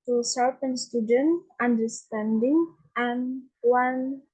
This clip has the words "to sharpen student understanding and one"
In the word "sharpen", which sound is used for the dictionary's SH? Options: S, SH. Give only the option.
S